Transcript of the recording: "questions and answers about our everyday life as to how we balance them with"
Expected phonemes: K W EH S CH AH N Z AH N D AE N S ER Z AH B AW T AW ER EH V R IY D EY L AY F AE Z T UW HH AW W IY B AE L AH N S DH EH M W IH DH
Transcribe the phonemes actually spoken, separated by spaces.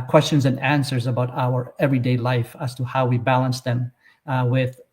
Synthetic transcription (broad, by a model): K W EH S CH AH N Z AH N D AE N S ER Z AH B AW T AW ER EH V R IY D EY L AY F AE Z T UW HH AW W IY B AE L AH N S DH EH M W IH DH